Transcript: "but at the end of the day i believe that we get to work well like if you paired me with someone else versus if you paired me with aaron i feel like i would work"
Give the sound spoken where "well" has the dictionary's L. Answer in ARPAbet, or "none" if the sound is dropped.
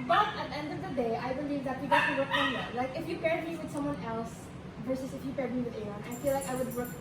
N